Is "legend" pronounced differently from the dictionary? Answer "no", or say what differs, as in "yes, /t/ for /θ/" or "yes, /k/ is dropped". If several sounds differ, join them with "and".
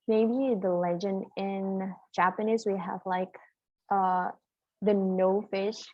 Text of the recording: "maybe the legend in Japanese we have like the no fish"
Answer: no